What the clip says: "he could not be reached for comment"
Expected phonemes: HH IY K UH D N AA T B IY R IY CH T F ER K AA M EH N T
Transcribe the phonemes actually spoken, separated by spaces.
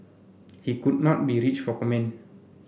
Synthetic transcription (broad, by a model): HH IY K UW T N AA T B IY R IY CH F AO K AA M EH N